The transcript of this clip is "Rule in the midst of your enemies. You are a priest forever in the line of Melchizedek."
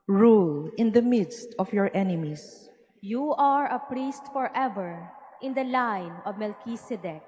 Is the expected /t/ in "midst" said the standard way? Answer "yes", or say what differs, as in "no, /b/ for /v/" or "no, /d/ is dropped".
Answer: yes